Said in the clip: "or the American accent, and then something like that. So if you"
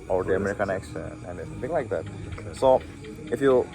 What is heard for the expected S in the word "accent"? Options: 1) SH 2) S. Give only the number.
1